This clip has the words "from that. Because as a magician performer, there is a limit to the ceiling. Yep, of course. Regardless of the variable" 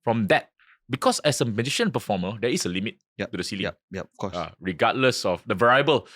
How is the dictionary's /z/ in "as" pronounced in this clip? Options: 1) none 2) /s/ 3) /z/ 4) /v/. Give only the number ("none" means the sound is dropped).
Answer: 2